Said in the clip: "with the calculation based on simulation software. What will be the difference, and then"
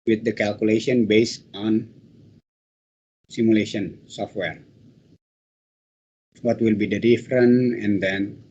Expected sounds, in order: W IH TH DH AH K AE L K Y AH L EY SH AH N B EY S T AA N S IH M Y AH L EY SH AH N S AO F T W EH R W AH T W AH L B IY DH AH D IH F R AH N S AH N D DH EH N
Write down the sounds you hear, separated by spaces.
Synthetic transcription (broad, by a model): W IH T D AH K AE L K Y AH L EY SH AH N B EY S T AA N S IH M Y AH L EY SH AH N S AO F T W EH R W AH T W AH L B IY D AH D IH F R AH N AH N D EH N